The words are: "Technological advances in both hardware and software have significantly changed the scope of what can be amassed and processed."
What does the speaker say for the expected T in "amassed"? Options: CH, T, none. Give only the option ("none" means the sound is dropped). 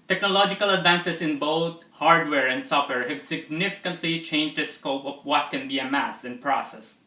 none